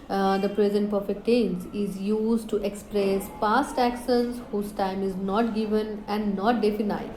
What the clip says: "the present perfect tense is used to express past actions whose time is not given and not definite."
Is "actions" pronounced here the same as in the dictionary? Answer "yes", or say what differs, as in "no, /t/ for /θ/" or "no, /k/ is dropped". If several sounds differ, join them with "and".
no, /s/ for /ʃ/ and /n/ is dropped